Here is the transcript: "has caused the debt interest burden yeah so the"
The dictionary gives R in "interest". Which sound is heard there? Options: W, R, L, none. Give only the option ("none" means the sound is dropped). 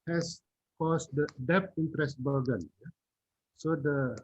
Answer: R